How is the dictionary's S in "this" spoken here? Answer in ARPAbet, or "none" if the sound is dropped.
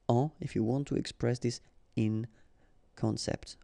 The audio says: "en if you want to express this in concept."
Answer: S